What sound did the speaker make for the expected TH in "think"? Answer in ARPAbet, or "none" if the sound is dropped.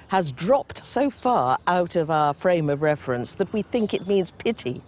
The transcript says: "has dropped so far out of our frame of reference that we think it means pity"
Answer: TH